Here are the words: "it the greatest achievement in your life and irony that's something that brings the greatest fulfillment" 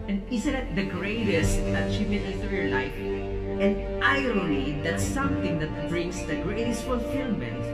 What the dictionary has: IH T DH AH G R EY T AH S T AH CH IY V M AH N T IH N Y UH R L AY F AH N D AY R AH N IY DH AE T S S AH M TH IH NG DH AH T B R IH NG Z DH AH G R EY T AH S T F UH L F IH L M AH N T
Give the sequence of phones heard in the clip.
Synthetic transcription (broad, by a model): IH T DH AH G R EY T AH S T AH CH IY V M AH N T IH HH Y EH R L AY F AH N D AY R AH L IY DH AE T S S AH M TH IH NG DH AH T B R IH NG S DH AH G R EY T AH S T F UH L F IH L M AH N T